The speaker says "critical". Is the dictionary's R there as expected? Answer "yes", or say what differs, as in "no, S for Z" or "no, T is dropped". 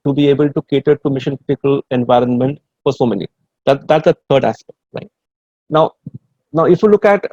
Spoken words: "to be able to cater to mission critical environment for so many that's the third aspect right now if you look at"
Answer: no, R is dropped